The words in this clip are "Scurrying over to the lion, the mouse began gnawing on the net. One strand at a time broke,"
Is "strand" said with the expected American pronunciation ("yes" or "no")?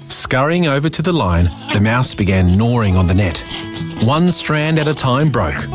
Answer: yes